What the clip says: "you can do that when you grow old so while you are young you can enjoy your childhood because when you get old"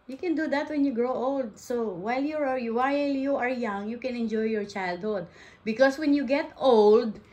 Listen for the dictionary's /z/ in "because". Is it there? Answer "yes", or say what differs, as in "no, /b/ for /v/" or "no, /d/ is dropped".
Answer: no, /s/ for /z/